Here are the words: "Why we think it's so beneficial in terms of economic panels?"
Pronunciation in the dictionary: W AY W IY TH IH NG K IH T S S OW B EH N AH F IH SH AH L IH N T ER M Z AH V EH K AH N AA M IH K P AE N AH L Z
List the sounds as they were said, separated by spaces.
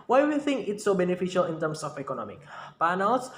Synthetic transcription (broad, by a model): W AY W IY TH IH NG K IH T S S OW B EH N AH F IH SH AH L IH N T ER M S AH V EH K AH N AA M IH K P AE N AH L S